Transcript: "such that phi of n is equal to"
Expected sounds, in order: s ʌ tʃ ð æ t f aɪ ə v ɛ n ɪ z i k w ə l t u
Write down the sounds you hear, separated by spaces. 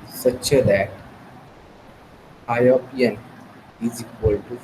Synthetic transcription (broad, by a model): s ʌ tʃ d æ t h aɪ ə p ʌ n ɪ z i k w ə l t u